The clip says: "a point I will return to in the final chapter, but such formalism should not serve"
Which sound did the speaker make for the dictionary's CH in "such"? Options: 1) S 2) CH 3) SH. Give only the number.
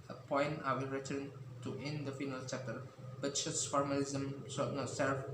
1